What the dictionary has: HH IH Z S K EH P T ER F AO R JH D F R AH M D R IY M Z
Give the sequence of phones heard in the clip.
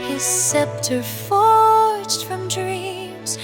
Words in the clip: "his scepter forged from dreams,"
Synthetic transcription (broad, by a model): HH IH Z S EH P T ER F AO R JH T F R AH M D R IY M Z